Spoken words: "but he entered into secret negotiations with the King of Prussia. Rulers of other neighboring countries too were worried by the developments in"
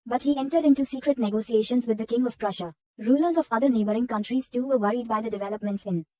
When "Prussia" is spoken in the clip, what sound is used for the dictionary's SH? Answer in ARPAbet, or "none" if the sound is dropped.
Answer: SH